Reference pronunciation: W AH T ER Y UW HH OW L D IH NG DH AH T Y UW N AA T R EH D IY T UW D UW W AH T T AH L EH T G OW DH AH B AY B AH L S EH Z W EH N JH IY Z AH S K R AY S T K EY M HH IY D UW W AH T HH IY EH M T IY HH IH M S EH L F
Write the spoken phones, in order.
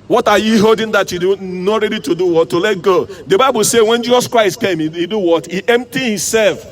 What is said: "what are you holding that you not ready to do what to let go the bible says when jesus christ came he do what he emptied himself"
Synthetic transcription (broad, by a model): W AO T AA Y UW HH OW D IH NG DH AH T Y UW N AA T R EH D IY T UW D UW W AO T T AH L EH T G OW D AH B AY B AH L S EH W EH N JH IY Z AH S K R AY S T K EY M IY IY D UW W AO T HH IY EH M T IY HH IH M S EH L F